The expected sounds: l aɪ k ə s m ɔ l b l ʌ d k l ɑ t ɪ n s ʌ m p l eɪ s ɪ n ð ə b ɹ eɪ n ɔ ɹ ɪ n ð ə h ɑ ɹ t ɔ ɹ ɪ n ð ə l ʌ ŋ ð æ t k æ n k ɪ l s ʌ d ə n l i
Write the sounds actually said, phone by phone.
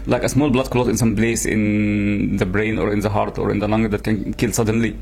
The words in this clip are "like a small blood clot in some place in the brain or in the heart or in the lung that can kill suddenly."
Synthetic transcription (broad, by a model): l aɪ k ə s m ɔ l b l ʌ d k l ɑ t ɪ n s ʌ m b l eɪ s ɪ n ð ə b ɹ eɪ n ɔ ɹ ɪ n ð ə h ɑ ɹ t ɔ ɹ ɪ n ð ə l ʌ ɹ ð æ t k æ n k ɪ l s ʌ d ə n l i